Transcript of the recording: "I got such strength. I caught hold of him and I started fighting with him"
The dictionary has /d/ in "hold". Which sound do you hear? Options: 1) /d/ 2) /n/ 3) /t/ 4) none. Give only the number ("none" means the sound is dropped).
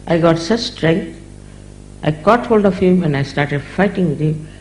1